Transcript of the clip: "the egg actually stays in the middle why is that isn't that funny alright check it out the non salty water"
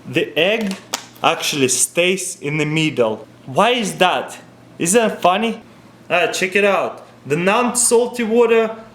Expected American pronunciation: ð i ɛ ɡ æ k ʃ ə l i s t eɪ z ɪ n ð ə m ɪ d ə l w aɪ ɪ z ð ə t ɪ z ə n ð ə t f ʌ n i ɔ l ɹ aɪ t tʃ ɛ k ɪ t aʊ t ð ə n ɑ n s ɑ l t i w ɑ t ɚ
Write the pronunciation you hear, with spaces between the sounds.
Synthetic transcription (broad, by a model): ð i ɛ ɡ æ k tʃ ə l i s t eɪ s ɪ n ð ə m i d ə l w aɪ ɪ z ð ə t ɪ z ð ə t f ʌ n i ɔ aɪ tʃ ɛ k ɪ t aʊ t ð ə n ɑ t s ɑ l t i w ɑ t ɚ